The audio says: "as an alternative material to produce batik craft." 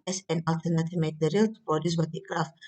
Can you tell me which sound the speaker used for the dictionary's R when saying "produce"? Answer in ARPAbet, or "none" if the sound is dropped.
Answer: none